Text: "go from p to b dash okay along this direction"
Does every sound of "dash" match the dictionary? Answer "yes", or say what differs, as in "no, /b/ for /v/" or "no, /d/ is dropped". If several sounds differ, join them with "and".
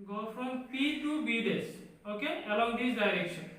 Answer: no, /s/ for /ʃ/